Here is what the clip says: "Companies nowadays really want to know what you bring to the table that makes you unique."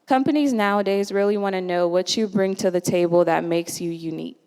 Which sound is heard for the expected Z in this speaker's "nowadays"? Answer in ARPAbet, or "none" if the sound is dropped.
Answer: Z